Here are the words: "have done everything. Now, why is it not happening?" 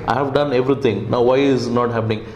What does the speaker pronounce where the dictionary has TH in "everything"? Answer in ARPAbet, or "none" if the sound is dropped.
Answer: T